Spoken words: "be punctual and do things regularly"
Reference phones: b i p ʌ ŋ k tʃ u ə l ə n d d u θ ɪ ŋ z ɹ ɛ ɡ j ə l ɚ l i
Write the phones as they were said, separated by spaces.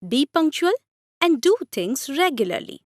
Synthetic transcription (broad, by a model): b i p ʌ ŋ k tʃ u ə l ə n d d u t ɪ ŋ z ɹ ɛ ɡ j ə l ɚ l i